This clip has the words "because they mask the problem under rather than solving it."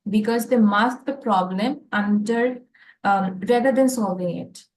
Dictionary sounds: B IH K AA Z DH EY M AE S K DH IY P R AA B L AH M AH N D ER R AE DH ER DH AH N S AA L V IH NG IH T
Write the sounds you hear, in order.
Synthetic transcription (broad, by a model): B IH K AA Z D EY M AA S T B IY P R AA B L AH M AH N D ER R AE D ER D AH N S AA L V IH NG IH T